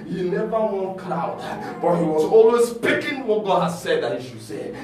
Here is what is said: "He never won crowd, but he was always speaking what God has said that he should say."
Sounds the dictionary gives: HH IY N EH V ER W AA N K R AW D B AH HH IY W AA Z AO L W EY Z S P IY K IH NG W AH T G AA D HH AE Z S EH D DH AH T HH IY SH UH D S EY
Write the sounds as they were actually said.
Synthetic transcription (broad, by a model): HH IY N EH V ER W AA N K L AW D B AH HH IY W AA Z AO L W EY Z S P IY K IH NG W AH T G AA D HH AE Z S EH D DH AH T HH IY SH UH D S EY